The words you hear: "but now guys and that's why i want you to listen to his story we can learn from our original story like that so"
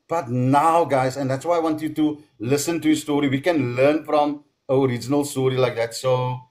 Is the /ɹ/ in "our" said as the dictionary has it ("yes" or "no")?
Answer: yes